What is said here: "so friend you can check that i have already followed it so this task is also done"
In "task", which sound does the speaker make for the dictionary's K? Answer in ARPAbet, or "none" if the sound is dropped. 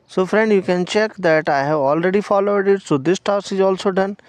none